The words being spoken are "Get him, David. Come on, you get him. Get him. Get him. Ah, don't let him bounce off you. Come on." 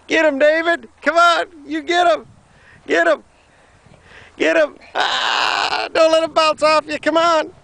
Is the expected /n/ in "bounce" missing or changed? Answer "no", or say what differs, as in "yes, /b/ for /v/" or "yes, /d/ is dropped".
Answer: yes, /l/ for /n/